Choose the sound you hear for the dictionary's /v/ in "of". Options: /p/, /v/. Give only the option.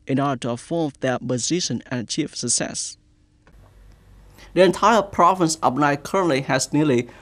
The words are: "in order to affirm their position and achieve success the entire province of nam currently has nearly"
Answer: /p/